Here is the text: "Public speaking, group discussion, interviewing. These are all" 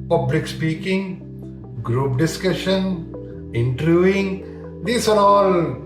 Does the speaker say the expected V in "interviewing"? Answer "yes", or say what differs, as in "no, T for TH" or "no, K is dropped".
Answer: no, V is dropped